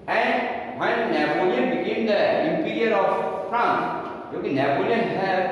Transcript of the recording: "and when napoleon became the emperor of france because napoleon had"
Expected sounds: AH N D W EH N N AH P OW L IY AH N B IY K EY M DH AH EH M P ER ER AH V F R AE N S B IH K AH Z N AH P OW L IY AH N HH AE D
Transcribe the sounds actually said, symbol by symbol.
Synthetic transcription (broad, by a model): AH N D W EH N N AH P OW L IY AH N B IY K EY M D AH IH M P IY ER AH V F R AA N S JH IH K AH N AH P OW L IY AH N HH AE